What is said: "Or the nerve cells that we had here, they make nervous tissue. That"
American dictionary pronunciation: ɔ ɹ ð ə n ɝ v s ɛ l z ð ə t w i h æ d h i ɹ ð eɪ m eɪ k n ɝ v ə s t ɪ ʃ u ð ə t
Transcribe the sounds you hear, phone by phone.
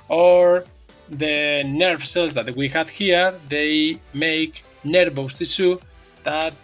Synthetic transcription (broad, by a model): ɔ ɹ ð ə n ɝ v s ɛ l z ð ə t w i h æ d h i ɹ ð eɪ m eɪ k n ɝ b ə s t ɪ s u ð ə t